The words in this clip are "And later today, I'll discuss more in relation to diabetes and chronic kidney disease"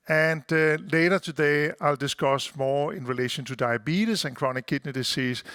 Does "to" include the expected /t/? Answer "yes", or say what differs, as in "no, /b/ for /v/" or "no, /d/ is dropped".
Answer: yes